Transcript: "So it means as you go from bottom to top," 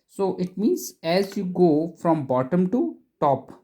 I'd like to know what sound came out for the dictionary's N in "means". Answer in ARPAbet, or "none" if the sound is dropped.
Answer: N